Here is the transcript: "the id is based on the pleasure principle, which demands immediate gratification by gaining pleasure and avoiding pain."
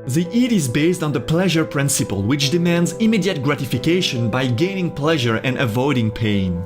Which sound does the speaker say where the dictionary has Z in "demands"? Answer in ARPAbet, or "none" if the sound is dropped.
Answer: Z